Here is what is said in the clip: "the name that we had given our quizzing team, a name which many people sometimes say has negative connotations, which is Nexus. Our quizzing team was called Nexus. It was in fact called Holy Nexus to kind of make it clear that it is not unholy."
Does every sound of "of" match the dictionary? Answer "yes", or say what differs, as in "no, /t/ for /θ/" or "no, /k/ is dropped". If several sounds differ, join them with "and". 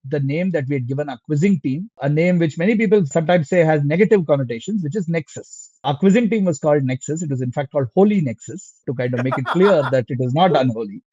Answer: yes